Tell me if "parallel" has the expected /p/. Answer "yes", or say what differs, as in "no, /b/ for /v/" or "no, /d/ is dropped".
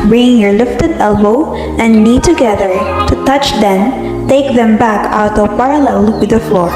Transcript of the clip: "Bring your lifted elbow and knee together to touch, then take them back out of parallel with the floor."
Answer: yes